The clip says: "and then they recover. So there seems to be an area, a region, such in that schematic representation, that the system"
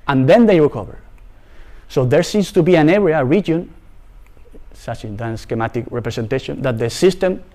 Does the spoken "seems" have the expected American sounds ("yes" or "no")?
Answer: no